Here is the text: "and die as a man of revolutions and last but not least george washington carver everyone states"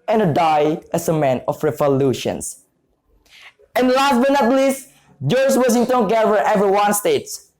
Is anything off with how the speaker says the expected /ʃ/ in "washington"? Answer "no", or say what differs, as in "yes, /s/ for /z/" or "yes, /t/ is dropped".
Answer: yes, /s/ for /ʃ/